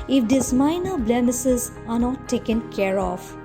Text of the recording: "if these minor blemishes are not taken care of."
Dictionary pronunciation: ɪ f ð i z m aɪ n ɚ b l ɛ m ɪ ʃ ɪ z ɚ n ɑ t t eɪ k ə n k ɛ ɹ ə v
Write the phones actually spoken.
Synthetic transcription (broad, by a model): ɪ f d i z m aɪ n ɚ b l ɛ m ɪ s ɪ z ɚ n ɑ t t eɪ k ə n k ɛ ɹ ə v